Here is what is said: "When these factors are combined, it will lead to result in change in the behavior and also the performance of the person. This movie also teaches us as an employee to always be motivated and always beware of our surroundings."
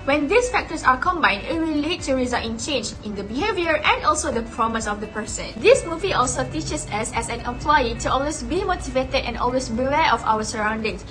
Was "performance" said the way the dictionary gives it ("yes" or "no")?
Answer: no